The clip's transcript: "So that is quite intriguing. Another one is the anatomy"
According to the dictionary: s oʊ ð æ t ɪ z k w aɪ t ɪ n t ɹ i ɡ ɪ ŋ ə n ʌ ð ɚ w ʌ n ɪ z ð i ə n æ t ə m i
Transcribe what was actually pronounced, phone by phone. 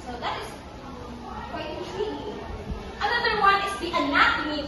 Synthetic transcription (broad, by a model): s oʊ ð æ t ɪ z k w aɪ ɪ t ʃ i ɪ ə n ʌ ð ɚ w ʌ n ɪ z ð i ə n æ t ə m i